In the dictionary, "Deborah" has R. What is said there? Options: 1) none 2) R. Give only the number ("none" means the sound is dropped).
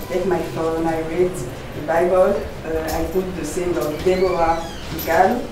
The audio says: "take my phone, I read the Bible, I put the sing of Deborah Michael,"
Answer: 1